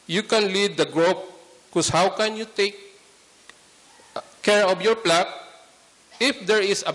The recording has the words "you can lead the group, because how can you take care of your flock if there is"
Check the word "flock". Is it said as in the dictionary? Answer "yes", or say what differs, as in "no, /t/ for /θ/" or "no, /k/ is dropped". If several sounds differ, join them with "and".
no, /p/ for /f/